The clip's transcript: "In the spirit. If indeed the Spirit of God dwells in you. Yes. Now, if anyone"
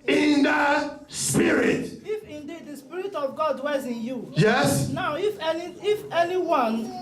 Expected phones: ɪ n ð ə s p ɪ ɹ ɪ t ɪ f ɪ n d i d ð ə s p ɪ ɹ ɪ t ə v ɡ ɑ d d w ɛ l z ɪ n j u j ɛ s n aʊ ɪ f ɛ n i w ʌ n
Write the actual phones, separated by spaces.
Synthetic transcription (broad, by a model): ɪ n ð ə s p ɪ ɹ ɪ t ɪ f ɪ n d i d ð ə s p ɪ ɹ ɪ t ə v ɡ ɑ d d w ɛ z ɪ n j u j ɛ s n aʊ ɪ f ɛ n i w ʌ n